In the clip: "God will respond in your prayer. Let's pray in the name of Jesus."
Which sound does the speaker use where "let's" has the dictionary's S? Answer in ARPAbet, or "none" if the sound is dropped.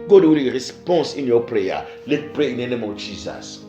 none